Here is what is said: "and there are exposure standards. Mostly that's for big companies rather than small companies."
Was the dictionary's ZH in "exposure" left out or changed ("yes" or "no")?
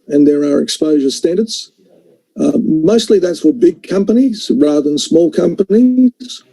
no